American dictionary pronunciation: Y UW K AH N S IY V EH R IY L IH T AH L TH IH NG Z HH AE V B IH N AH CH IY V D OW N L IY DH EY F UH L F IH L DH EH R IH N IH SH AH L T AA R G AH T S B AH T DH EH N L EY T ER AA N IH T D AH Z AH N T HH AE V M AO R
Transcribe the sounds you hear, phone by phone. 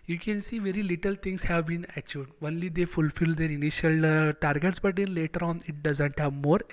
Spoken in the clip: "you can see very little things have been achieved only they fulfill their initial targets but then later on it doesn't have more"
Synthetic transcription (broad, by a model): Y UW K AH N S IY V EH R IY L IH T AH L T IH NG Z HH AE V B IH N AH CH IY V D OW N L IY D EY F UH L F IH L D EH R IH N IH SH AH L T AA R G AH T S B AH T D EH N L EY T ER AA N IH T D AH Z AH N T HH AE V M AO R